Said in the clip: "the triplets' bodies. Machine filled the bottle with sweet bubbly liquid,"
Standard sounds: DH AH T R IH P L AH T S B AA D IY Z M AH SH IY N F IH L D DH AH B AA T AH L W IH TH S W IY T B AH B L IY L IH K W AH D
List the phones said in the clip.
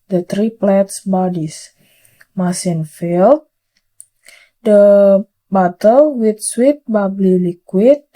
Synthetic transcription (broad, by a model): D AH T R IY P L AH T S B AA D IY S M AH S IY N F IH L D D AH B AA T AH L W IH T S W IY T B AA B L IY L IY K W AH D